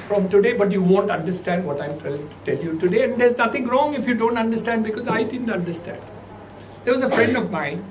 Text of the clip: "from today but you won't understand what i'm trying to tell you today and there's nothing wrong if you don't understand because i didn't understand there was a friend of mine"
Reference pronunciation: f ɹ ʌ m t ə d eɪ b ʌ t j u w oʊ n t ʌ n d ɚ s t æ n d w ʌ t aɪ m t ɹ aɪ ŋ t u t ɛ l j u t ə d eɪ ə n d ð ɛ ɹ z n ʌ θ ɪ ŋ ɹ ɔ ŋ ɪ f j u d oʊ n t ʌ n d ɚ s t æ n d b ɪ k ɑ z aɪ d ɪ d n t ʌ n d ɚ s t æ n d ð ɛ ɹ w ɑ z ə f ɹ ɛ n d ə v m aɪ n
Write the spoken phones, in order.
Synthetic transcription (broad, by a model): f ɹ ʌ m t ə d eɪ b ʌ t j u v oʊ n t ʌ n d ɚ s t æ n d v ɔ t aɪ m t l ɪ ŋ t u t ɛ l j u t ə d eɪ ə n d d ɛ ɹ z n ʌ t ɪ ŋ ɹ ɔ ŋ ɪ f j u d oʊ n t ʌ n d ɚ s t æ n d b ɪ k ɑ z aɪ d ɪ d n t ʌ n d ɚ s t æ n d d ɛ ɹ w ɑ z ə f ɹ ɛ n d ə v m aɪ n